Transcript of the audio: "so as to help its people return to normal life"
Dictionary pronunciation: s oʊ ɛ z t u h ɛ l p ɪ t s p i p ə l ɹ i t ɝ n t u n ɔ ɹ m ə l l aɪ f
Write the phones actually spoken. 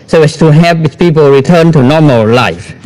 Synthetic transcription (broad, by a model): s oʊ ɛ s t u h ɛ p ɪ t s p i p ə l ɹ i t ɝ n t u n ɔ m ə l l aɪ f